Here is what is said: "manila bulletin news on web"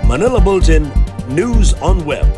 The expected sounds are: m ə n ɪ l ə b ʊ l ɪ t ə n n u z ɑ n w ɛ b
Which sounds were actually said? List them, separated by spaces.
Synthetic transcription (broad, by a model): m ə n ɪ l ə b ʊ l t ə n n u z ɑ n w ɛ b